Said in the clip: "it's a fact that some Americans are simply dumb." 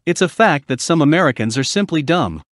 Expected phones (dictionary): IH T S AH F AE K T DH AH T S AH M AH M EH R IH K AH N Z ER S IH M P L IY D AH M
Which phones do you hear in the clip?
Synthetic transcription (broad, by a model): IH T S AH F AE K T DH AH T S AH M AH M EH R IH K AH N Z ER S IH M P L IY D AH M